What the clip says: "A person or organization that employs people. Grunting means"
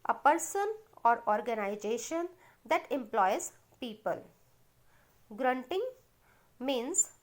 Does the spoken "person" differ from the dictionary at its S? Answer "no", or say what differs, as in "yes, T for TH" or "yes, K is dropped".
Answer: no